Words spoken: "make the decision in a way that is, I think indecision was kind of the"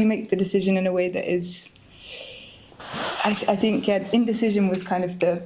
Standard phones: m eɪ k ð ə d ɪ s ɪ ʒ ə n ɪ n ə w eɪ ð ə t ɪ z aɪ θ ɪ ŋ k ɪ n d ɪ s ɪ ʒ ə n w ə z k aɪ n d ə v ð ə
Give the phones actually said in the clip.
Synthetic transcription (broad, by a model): m eɪ k ð ə d ɪ s ɪ ʒ ə n ɪ n ə w eɪ ð ə t ɪ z aɪ θ ɪ ŋ k ɪ n d ɪ s ɪ ʒ ə n w ə z k aɪ n d ə v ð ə